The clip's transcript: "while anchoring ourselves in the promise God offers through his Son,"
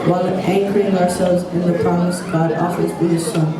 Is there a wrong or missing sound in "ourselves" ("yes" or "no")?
no